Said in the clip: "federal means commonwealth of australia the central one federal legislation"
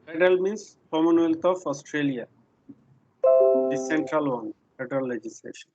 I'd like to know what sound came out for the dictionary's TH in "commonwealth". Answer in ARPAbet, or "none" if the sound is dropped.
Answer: T